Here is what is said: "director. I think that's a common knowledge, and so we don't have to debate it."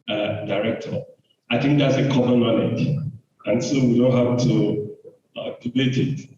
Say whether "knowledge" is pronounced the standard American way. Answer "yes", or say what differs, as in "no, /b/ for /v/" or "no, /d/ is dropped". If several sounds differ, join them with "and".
no, /n/ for /l/